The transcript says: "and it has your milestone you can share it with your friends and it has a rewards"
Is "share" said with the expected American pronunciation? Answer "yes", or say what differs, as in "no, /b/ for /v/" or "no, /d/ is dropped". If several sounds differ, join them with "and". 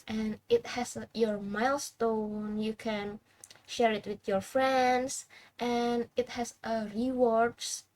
yes